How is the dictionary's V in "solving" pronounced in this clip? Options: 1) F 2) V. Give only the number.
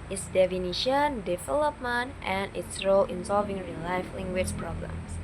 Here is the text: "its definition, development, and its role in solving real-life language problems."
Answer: 2